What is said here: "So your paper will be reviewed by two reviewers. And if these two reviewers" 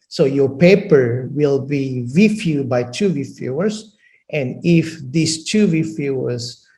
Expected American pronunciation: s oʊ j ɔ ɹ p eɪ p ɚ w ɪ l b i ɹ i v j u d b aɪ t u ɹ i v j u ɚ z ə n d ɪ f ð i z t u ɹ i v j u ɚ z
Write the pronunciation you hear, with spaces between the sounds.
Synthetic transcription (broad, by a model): s oʊ j ɔ ɹ p eɪ p ɚ w ɪ l b i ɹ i f j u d b aɪ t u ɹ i f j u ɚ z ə n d ɪ f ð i s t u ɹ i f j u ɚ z